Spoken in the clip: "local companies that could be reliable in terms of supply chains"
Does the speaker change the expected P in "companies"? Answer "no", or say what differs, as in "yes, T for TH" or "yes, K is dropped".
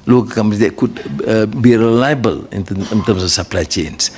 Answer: yes, P is dropped